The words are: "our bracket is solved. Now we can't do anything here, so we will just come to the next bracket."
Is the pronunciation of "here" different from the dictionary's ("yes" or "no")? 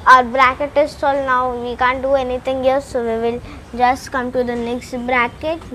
yes